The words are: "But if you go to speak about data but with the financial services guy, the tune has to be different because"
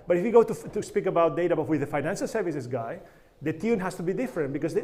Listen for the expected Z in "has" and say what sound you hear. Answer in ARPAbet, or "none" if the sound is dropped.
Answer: S